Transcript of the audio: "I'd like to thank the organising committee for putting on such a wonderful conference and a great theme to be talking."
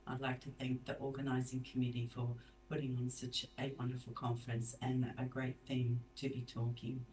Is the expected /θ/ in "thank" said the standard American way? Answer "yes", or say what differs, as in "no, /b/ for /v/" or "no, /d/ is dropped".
yes